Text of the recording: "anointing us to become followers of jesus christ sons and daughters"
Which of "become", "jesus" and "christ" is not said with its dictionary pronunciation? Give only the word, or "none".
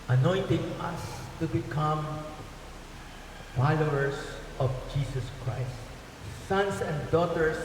jesus